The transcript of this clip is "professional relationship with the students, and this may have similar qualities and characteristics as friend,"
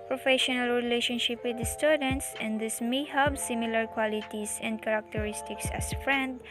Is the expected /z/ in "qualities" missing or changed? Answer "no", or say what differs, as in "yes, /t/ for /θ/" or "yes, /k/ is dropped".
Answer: yes, /s/ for /z/